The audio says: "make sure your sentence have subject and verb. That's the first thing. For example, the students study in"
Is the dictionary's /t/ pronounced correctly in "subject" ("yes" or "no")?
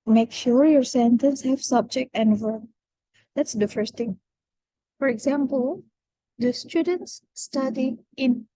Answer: yes